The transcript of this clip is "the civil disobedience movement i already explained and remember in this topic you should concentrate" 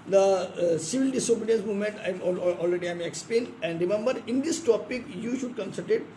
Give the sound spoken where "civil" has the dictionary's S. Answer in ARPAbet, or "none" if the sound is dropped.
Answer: S